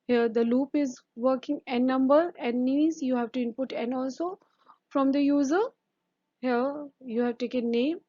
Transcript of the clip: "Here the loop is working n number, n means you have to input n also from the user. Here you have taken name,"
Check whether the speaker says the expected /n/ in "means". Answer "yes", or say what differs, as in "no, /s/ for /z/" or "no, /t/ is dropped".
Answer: no, /n/ is dropped